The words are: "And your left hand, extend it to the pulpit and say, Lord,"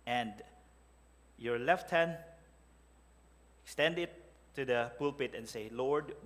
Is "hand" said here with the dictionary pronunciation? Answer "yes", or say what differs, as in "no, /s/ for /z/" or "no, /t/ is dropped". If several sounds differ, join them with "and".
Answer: no, /d/ is dropped